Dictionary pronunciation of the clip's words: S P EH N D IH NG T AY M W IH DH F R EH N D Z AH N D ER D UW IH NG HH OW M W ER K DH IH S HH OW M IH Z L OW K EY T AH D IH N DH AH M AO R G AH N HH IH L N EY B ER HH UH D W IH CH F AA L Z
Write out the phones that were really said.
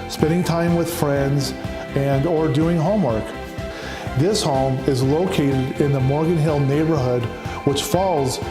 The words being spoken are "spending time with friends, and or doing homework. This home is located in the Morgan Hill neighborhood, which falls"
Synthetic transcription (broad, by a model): S P EH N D IH NG T AY M W IH DH F R EH N D Z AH N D ER D UW IH NG HH OW M W ER K DH IH S HH OW M IH Z L OW K EY T AH D IH N DH AH M AO R G AH N HH IH L N EY B ER HH UH D W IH CH F AA L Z